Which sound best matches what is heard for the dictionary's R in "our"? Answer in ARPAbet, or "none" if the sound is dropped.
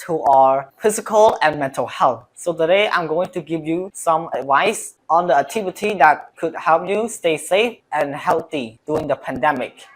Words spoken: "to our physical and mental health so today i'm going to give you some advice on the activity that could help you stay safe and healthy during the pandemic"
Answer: R